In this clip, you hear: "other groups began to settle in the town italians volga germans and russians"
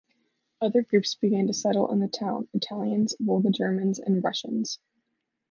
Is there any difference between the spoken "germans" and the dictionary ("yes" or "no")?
no